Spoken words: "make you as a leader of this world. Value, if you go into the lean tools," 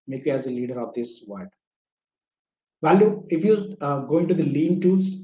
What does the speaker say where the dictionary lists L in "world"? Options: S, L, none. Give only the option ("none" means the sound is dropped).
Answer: none